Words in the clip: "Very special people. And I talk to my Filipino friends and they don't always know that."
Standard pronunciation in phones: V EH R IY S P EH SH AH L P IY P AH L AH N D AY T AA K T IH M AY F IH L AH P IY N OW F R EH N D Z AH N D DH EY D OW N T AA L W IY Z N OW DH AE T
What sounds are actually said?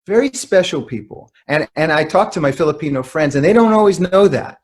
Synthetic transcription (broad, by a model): V EH R IY S P EH SH L P IY P L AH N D AY T AA K T IH M AY F IH L AH P IY N OW F R EH N D Z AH N DH EY D OW N T AA L W IY Z N OW DH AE T